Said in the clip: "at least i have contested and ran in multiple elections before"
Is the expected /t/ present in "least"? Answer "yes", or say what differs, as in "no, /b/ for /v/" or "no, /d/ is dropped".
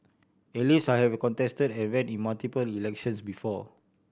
no, /t/ is dropped